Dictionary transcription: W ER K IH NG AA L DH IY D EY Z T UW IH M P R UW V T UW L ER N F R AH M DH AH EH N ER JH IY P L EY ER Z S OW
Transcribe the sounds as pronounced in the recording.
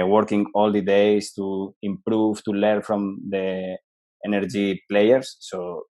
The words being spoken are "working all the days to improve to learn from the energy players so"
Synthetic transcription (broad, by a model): W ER K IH NG AA L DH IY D EY S T UW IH M P R UW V T UW L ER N F R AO M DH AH EH N ER JH IY P L EY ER S OW